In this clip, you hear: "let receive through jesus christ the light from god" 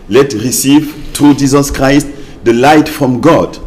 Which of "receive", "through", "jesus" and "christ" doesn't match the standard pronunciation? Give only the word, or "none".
through